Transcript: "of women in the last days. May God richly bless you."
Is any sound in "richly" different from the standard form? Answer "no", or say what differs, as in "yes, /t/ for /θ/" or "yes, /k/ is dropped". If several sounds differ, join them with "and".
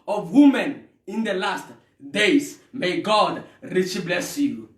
yes, /l/ is dropped